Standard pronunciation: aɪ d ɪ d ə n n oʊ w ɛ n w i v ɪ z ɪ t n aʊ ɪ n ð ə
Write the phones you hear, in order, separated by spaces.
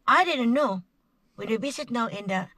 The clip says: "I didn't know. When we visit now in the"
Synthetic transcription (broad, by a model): aɪ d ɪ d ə n n oʊ w ɛ n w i b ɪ s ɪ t n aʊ ɪ n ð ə